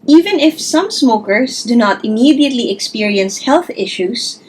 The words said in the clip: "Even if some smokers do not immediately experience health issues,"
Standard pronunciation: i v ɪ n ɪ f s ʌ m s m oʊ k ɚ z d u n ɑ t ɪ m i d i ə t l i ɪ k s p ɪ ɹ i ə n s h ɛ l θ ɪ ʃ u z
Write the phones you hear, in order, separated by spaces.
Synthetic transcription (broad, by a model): i v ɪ n ɪ f s ʌ m s m oʊ k ɚ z d u n ɑ t ɪ m i d i ə t l i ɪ k s p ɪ ɹ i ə n s h ɛ l θ ɪ ʃ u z